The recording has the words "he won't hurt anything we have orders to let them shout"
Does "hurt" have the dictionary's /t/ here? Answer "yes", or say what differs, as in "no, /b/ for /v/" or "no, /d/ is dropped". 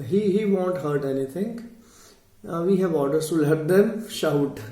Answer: yes